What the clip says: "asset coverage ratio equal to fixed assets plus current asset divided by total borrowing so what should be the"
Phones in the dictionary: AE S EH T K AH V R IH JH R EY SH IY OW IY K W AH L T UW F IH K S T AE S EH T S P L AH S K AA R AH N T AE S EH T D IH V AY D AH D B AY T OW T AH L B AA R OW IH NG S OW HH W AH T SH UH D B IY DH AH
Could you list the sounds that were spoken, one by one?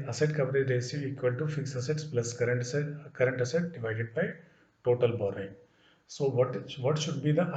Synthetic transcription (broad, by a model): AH S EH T K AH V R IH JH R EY S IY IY K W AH L T UW F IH K S AH S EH T S P L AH S K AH R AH N T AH S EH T D IH V AY D AH D B AY T OW T AH L B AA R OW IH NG S OW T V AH T SH UH D B IY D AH